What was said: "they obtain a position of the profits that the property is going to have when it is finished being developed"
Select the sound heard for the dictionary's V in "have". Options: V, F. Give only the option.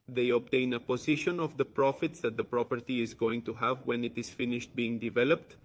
V